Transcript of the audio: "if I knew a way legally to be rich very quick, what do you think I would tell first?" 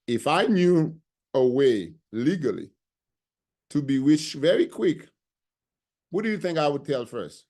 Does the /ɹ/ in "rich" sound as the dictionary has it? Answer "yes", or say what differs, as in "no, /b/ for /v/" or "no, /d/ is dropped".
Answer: no, /w/ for /ɹ/